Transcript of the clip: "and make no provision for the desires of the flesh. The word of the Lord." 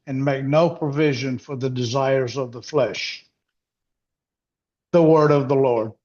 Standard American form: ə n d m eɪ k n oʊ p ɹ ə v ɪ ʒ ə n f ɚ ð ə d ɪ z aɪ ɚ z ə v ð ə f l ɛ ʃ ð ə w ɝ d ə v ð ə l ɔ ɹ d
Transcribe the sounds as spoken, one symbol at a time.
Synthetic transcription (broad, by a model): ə n m eɪ k n oʊ p ɹ ə v ɪ ʒ ə n f ɚ ð ə d ɪ z aɪ ɚ z ə v ð ə f l ɛ ʃ ð ə w ɝ d ə v ð ə l ɔ ɹ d